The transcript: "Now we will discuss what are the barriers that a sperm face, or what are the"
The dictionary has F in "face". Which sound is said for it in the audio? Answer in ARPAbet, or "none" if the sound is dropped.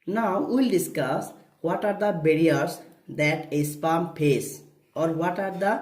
P